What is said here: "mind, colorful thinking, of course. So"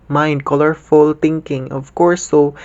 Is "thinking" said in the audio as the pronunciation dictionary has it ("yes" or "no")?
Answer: no